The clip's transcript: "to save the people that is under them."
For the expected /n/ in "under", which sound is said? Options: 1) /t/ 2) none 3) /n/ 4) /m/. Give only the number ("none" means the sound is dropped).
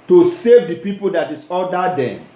2